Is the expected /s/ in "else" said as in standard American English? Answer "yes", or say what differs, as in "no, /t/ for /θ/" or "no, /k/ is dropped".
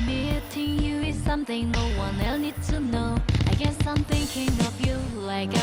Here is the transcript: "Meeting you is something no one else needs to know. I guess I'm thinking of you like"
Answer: no, /s/ is dropped